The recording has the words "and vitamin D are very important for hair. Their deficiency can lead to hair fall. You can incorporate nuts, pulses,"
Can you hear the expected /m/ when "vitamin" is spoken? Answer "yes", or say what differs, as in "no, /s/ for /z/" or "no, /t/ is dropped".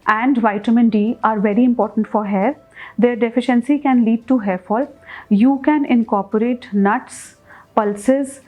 yes